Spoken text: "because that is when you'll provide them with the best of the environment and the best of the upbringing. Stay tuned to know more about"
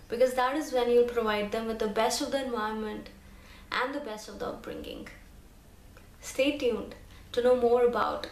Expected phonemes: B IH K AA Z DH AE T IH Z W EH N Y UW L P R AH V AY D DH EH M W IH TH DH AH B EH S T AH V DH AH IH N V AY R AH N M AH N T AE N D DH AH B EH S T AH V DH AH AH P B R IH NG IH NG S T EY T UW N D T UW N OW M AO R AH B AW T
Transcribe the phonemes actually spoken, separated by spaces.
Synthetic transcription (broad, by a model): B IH K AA Z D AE T IH Z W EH N Y UW L P R AH V AY D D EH M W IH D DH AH B EH S T AH V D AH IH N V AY AH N M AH N T AE N D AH B EH S T AH V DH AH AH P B R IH NG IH NG S T EY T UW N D T UW N OW M AO R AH B AW T